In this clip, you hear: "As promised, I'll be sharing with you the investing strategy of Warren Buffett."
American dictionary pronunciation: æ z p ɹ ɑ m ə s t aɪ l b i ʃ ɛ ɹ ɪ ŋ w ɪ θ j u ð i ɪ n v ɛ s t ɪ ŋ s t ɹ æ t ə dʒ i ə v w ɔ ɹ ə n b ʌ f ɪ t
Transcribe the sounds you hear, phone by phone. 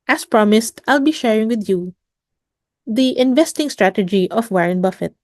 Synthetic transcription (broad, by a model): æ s p ɹ ɑ m ə s t aɪ l b i ʃ ɛ ɹ ɪ ŋ w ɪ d j u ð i ɪ n v ɛ s t ɪ ŋ s t ɹ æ t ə dʒ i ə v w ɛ ɹ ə n b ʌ f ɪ t